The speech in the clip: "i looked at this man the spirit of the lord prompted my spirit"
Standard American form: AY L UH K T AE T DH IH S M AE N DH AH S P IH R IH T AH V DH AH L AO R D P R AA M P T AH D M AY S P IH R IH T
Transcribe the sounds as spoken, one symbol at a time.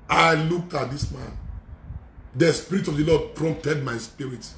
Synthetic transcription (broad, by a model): AY L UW K AA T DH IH S M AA N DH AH S P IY R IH T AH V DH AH L AO D P R AA M P T AH D M AY S P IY R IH T